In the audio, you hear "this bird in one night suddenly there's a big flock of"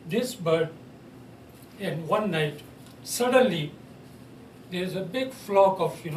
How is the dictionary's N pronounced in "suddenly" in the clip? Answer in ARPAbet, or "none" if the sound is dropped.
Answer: N